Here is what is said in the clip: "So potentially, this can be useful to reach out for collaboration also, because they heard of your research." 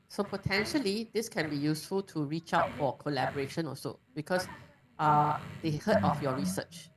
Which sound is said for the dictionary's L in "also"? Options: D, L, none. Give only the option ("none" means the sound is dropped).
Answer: none